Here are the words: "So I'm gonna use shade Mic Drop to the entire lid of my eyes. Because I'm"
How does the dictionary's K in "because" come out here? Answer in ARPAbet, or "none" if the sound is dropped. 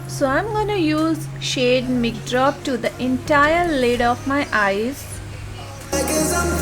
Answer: none